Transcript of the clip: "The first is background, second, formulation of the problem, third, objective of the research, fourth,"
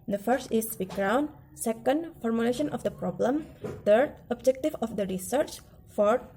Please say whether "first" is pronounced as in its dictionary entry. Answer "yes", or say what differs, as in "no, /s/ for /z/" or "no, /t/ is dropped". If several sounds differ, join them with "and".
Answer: yes